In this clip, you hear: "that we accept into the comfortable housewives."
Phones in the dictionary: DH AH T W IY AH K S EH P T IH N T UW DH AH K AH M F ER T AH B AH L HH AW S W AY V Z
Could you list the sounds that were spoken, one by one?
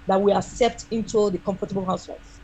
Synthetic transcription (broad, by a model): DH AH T W IY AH S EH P T IH N T UW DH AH K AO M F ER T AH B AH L HH AW S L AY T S